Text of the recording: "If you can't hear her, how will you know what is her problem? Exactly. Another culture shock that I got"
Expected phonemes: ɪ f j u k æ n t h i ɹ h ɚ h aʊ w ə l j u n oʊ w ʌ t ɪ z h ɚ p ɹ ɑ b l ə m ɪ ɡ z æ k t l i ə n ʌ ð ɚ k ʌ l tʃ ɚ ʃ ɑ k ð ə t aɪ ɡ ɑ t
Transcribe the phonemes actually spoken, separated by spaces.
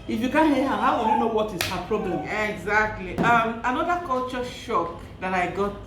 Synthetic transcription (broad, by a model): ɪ f j u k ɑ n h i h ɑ h aʊ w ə n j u n oʊ w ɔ t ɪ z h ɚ p ɹ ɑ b l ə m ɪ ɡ z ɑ k t l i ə n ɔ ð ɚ k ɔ l tʃ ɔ ʃ ɑ k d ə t aɪ ɡ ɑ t